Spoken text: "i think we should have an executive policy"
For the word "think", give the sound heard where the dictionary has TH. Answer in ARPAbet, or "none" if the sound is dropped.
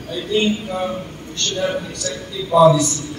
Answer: T